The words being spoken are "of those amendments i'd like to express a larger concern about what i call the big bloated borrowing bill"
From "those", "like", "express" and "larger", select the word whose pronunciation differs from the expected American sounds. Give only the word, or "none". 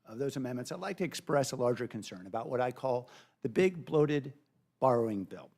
none